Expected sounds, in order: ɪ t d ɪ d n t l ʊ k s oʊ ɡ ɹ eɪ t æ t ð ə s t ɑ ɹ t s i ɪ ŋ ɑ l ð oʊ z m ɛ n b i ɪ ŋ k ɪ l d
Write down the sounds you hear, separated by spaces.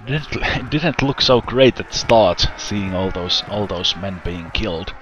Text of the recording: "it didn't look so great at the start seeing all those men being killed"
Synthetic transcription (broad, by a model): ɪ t d ɪ d n t l ʊ k s oʊ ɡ ɹ eɪ ɪ t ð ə s t ɑ ɹ t s i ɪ ŋ ɑ l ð oʊ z m ɛ n b i ɪ ŋ k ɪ l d